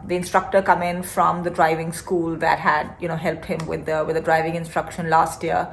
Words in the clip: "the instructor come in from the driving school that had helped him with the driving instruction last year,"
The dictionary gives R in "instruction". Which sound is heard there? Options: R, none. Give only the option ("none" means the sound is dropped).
R